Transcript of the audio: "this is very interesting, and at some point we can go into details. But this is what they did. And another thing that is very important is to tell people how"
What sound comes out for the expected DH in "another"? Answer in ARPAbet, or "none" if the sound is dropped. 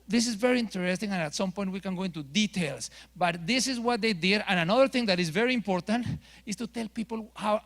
DH